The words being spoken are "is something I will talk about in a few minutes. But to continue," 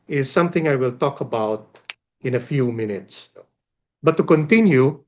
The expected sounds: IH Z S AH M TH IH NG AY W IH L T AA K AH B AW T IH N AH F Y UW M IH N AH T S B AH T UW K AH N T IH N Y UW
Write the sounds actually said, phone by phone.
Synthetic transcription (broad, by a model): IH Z S AH M TH IH NG AY W IH L T AA K AH B AW T IH N AH F Y UW M IH N AH T S B AH T UW K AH N T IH N Y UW